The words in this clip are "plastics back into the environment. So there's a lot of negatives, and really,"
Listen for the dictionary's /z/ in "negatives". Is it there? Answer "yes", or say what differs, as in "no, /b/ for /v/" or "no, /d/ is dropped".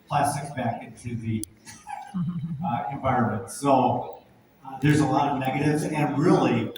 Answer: yes